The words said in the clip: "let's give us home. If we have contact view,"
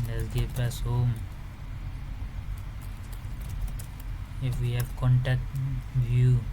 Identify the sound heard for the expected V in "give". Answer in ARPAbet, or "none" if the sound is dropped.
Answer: P